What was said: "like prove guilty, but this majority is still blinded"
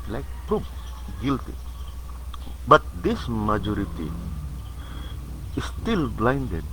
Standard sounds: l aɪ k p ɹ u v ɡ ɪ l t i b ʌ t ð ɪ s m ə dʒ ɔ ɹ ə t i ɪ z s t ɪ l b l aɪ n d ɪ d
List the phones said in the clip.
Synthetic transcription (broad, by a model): l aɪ k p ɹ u p ɡ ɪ l t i b ʌ t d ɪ s m ə dʒ ɔ ɹ ə t i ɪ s t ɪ l b l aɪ n d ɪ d